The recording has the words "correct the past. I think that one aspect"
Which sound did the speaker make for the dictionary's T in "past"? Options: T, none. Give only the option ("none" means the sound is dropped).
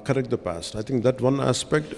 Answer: T